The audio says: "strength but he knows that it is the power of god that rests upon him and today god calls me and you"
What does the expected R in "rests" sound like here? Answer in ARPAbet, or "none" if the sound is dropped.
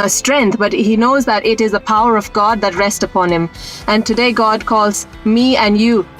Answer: R